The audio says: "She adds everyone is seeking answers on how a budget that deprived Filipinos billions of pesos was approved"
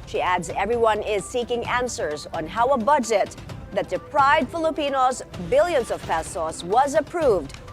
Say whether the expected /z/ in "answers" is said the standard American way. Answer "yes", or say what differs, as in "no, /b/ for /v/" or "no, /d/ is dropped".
yes